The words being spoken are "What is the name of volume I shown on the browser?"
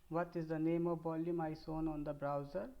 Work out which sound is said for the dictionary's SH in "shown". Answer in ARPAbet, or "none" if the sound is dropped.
S